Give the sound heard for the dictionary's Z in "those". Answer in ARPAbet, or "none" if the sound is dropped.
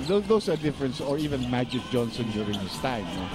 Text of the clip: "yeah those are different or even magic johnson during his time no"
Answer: S